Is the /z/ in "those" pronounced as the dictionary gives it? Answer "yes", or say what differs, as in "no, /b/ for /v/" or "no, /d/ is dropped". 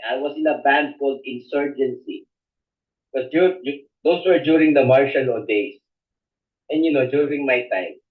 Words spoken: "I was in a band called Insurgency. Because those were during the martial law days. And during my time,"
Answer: no, /s/ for /z/